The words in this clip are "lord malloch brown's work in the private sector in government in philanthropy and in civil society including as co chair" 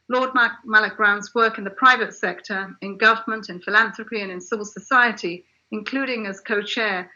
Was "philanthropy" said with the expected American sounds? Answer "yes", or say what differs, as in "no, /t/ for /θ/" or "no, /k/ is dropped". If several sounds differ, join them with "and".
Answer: yes